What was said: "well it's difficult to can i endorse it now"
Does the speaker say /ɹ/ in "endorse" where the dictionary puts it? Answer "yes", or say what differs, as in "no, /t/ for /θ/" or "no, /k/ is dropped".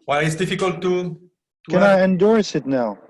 yes